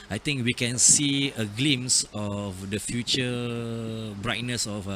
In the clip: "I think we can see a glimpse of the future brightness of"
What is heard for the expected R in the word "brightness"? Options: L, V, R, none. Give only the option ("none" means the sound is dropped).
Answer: R